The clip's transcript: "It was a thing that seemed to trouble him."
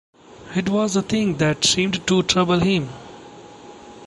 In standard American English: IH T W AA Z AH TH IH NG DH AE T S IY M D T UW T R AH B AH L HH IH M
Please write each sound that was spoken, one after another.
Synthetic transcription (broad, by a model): IH T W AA Z AH T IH NG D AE T S IY M D T UW T R AH B AH L HH IH M